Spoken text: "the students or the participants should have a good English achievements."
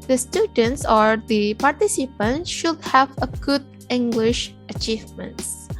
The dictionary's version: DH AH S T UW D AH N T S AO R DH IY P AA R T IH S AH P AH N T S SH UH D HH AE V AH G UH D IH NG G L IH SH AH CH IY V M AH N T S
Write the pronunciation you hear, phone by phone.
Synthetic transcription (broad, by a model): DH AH S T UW D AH N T S AO R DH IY P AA R T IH S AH P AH N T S SH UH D HH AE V AH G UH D IH NG G L IH SH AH CH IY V M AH N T S